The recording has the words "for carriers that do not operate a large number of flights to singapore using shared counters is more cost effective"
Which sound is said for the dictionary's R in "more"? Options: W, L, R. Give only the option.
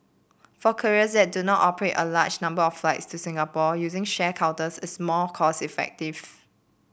L